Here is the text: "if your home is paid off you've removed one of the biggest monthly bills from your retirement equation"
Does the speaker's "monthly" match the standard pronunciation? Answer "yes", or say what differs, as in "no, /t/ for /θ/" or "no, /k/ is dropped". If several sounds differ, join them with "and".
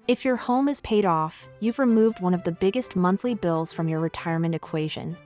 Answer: yes